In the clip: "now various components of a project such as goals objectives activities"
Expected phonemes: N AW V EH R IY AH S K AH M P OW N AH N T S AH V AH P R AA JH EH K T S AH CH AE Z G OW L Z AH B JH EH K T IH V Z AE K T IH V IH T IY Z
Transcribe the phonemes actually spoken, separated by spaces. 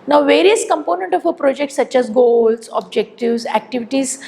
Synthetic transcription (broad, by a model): N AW V EH R IY AH S K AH M P OW N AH N T AH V AH P R AA JH EH K T S AH CH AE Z G OW L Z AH B JH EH K T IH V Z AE K T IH V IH T IY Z